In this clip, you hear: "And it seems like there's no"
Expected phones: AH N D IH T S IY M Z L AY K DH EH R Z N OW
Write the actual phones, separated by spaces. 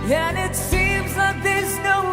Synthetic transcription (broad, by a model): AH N IH T S IY M Z L AY K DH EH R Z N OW